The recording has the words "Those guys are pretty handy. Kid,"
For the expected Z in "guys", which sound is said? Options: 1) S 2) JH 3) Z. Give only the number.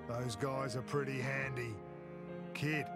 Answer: 3